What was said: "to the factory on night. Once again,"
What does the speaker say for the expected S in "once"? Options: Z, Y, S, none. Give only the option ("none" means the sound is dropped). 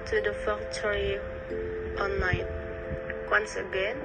S